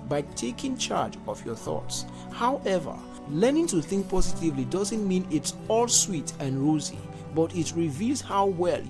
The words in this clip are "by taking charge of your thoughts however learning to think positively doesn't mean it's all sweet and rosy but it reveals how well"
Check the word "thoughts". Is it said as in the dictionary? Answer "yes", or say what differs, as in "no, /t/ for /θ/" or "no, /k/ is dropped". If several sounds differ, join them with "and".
yes